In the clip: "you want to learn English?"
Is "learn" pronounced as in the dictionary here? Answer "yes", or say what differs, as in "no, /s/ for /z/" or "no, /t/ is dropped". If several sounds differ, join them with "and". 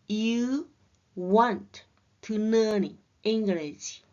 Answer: no, /n/ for /l/